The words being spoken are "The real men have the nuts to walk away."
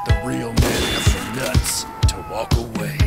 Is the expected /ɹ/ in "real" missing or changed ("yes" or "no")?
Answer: no